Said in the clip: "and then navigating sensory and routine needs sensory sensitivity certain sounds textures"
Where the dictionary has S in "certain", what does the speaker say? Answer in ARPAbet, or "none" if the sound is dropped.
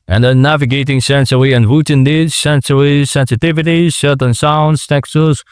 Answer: SH